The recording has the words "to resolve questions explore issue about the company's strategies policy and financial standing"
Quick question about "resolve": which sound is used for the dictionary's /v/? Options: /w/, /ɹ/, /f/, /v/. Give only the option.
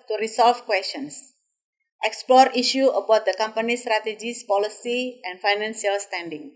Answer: /f/